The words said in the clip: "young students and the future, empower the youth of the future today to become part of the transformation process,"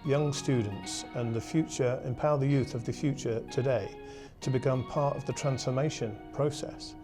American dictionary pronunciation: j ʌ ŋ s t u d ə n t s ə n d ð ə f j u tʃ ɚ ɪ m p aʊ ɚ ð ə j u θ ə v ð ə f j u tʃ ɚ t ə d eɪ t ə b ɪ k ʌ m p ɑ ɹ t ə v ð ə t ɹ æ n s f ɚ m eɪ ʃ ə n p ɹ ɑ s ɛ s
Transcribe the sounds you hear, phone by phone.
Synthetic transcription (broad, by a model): j ʌ ŋ s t u d n t s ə n ð ə f j u tʃ ɚ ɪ m p aʊ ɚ ð ə j u θ ə v ð ə f j u tʃ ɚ t ə d eɪ t ə b ɪ k ʌ m p ɑ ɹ t ə v ð ə t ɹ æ n s f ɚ m eɪ ʃ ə n p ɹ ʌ s ɛ s